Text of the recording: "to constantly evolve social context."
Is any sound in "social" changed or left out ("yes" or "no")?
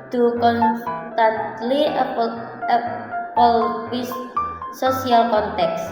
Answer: yes